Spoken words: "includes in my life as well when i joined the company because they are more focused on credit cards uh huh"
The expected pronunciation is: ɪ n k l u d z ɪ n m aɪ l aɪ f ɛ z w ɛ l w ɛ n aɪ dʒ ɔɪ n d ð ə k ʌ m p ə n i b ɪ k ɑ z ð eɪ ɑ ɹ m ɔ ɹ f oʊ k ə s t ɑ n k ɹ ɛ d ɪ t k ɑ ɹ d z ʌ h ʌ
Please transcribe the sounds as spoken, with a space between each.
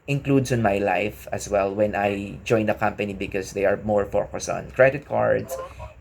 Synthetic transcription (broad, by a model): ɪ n k l u d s ɪ n m aɪ l aɪ f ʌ s w ɛ l w ɛ n aɪ dʒ ɔɪ n d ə k ʌ m p ə n i b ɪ k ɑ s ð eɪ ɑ ɹ m ɔ ɹ f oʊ k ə s ɑ n k ɹ ɛ d ɪ t k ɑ ɹ d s